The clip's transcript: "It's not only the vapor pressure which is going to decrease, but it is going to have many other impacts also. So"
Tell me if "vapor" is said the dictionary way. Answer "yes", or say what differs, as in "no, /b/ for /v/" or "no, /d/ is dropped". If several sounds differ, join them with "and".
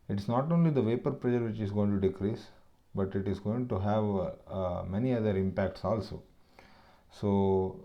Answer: yes